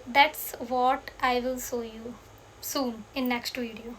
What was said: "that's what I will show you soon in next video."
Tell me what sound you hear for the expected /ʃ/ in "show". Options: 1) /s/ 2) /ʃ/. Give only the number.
1